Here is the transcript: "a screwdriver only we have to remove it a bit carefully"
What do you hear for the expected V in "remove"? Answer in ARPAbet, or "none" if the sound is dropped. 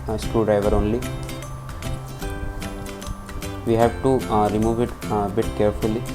V